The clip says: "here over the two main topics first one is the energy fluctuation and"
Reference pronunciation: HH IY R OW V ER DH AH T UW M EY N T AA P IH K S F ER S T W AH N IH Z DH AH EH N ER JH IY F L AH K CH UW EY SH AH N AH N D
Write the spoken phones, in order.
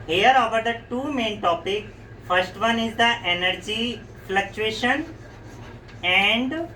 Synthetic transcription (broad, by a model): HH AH R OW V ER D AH T UW M EY N T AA P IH K F ER S T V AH N IH Z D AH EH N ER JH IY F L AH K CH UW EY SH AH N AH N D